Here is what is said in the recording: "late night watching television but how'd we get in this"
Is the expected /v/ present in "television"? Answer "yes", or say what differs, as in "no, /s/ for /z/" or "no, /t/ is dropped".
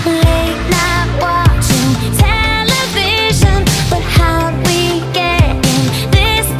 yes